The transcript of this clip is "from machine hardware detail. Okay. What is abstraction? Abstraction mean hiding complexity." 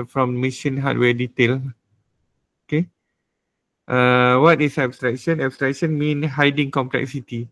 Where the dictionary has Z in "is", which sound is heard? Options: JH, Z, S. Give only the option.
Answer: S